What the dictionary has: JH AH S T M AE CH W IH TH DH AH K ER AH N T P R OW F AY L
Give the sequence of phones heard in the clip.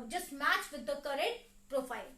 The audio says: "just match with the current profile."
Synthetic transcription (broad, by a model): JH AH S M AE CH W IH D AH K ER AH T P R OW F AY L